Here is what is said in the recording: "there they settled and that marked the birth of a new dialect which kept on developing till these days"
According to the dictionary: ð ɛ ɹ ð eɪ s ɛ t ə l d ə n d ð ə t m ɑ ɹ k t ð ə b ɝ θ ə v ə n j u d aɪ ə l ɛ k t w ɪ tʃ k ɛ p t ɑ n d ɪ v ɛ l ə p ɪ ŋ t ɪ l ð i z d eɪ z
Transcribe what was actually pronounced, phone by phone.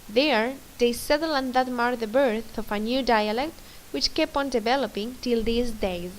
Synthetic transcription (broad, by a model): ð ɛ ɹ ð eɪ s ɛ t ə l ə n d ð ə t m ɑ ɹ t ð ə b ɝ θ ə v ə n j u d aɪ ə l ɛ k t w ɪ tʃ k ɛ p ɑ n d ɪ v ɛ l ə p ɪ ŋ t ɪ l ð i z d eɪ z